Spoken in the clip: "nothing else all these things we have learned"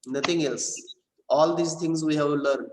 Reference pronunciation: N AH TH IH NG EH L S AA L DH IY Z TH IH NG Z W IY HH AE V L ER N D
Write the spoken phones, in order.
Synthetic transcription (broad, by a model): N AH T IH NG EH L S AA L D IY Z T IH NG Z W IY HH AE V L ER N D